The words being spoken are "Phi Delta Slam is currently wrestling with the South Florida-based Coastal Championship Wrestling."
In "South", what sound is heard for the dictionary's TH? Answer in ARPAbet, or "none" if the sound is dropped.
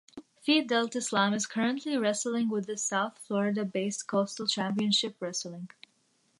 TH